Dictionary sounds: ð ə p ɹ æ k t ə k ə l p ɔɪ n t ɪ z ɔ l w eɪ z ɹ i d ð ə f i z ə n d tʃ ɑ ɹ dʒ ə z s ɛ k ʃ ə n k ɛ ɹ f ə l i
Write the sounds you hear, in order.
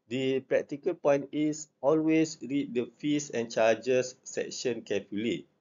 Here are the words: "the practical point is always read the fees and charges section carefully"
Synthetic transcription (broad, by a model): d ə p ɹ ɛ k t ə k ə l p ɔɪ n t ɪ s ɔ l w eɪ s ɹ i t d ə f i s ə n tʃ ɑ dʒ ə s ɛ k ʃ ə n k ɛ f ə l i